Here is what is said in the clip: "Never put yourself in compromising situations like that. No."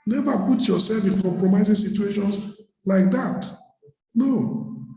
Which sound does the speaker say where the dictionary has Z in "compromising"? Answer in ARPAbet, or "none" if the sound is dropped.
Z